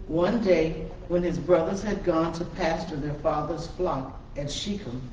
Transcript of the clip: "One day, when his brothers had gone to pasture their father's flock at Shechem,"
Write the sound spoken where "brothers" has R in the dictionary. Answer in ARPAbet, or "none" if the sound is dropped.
R